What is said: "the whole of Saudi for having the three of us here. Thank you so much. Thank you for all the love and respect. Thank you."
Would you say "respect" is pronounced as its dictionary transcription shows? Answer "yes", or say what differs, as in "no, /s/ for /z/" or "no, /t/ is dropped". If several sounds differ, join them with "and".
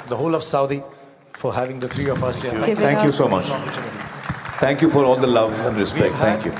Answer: no, /p/ is dropped